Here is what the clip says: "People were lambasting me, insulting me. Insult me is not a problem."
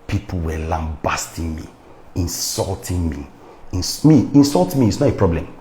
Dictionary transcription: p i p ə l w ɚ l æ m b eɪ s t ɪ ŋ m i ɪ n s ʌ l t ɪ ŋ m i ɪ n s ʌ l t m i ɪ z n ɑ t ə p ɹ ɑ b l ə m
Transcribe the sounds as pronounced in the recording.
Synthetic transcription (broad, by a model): p i p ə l w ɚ l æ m b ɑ s t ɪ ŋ m i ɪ n s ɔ l t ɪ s m i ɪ n s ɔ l t m i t s n ɑ t ə p ɹ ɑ b l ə m